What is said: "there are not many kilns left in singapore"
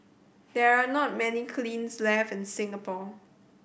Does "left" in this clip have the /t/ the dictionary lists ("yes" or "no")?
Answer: no